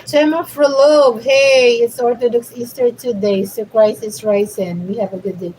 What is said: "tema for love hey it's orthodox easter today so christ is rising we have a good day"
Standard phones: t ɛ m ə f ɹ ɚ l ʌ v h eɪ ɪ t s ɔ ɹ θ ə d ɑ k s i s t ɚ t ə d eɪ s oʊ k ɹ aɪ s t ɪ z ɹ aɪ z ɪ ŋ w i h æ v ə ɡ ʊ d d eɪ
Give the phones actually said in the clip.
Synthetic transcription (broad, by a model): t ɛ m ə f ɹ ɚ l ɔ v h eɪ ɪ t s ɔ ɹ θ ə d ɑ k s i s t ɚ t ə d eɪ s oʊ k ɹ aɪ s ɪ s ɹ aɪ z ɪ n w i h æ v ə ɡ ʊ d d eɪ